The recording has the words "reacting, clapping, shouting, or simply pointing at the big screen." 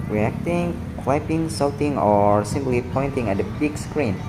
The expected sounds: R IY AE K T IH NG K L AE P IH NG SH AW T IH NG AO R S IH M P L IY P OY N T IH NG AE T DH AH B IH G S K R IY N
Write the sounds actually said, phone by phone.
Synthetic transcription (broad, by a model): R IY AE K T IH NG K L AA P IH NG S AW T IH NG AO R S IH M P L IY P OY N T IH NG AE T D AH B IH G S K R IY N